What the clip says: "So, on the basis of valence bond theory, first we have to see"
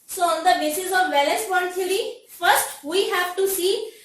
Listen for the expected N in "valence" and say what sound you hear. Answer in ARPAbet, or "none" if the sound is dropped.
none